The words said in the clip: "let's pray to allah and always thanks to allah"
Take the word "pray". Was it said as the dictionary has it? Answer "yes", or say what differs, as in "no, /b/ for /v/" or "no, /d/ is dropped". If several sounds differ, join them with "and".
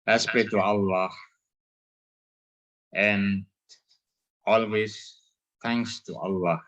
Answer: no, /ɹ/ is dropped